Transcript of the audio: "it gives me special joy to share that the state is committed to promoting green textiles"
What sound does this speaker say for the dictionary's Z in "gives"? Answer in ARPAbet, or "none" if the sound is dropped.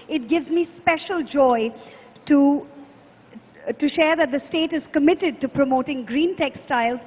Z